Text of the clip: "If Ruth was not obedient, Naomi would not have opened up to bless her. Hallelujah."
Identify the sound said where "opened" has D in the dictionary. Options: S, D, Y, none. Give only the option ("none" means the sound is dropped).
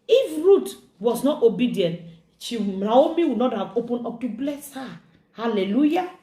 none